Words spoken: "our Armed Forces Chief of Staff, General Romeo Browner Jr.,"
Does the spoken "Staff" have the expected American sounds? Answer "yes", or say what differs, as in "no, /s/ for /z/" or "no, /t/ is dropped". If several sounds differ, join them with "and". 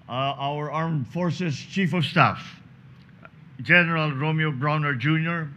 yes